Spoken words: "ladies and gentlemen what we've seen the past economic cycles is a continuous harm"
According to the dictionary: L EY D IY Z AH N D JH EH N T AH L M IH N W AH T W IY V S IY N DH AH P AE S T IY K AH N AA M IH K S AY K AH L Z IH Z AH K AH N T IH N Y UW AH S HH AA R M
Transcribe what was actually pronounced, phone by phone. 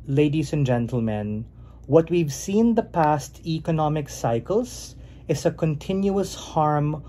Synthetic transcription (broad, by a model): L EY D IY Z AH N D JH EH N T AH L M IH N W AH T W IY V S IY N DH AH P AE S T IY K AH N AA M IH K S AY K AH L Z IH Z AH K AH N T IH N Y UW AH S HH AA R M